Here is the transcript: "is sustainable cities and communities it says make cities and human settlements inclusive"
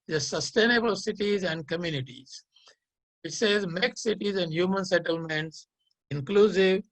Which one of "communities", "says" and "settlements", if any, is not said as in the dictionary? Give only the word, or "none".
none